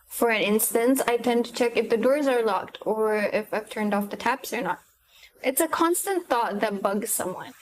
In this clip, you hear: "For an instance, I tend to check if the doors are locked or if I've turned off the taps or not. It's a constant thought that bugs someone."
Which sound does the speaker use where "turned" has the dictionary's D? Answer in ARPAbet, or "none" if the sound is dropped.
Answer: D